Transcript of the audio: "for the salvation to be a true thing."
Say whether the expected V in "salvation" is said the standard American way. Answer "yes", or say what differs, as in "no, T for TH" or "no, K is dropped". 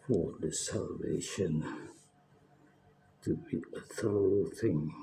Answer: yes